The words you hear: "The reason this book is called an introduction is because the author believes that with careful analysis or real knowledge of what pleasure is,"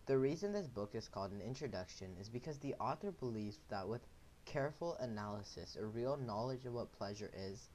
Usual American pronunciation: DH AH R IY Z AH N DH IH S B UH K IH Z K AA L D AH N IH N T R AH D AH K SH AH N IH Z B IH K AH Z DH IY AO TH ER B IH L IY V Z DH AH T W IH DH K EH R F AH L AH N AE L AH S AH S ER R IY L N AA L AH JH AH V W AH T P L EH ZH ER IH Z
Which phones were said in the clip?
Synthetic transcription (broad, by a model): DH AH R IY Z AH N DH IH S B UH K IH Z K AA L D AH N IH N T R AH D AH K SH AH N IH Z B IH K AH Z DH IY AO TH ER B IH L IY V Z DH AH T W IH DH K EH R F L AH N AE L AH S AH S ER R IY L N AA L AH JH AH V W AH T P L EH ZH ER IH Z